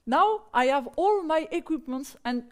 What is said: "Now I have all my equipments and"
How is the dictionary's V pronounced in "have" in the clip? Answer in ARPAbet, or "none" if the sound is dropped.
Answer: V